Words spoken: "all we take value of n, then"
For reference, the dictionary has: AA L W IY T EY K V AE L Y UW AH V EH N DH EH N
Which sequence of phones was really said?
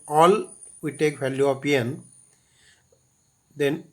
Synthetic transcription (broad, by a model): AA L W IY T EY K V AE L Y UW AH P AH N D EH N